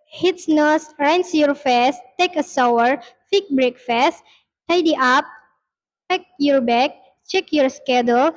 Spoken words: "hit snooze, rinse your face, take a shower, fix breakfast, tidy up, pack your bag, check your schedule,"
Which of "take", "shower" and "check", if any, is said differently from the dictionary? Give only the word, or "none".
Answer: shower